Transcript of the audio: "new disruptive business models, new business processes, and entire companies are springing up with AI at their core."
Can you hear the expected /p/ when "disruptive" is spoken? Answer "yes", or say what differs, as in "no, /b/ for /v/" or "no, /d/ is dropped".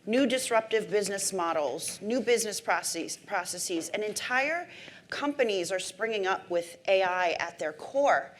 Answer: yes